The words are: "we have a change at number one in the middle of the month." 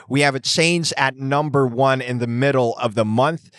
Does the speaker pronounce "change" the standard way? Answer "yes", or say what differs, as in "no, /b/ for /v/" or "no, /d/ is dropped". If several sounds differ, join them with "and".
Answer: no, /z/ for /dʒ/